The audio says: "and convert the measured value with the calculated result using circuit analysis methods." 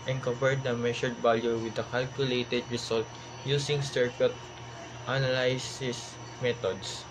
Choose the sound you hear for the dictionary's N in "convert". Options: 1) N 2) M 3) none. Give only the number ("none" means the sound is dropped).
3